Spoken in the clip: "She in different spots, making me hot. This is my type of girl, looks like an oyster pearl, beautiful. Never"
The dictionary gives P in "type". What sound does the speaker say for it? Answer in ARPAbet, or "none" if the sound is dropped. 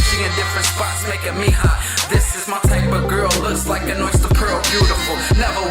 B